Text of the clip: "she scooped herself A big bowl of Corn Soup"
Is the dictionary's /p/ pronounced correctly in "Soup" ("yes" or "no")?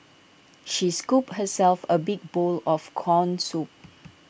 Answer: yes